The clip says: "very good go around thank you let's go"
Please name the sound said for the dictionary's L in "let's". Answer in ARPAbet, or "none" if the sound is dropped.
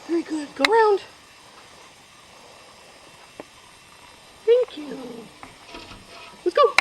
W